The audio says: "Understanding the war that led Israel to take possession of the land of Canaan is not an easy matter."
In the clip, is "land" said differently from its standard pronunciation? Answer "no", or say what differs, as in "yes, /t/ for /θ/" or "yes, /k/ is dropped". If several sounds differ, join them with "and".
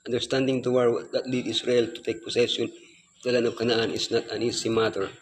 yes, /d/ is dropped